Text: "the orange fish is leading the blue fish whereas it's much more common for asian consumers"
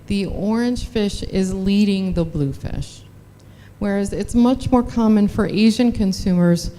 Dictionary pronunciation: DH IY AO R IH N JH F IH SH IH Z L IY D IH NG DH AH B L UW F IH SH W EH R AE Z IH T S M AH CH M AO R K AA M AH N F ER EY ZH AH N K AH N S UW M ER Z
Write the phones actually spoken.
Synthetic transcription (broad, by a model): DH IY AO R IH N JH F IH SH IH Z L IY D IH NG DH AH B L UW F IH SH W EH R AE Z IH T S M AH CH M AO R K AA M AH N F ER EY ZH AH N K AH N S UW M ER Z